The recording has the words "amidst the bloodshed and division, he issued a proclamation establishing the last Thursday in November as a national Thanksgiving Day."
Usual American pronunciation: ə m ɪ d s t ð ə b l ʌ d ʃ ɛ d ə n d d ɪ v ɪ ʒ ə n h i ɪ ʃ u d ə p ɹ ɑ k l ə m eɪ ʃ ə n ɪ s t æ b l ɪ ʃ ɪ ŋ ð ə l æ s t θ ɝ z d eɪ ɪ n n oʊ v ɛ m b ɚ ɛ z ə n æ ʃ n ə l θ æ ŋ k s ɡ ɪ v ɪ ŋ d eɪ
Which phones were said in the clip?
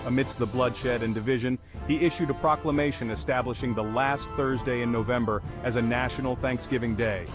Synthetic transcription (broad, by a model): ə m ɪ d s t ð ə b l ʌ d ʃ ɛ d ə n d d ɪ v ɪ ʒ ə n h i ɪ ʃ u d ə p ɹ ɑ k l ə m eɪ ʃ ə n ɪ s t æ b l ɪ ʃ ɪ ŋ ð ə l æ s t θ ɝ z d eɪ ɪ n n oʊ v ɛ m b ɚ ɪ z ə n æ ʃ n l θ æ ŋ k s ɡ ɪ v ɪ ŋ d eɪ